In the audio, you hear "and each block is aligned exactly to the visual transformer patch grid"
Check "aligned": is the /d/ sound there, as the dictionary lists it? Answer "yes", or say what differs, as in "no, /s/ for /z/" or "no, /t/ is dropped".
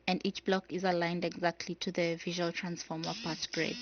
yes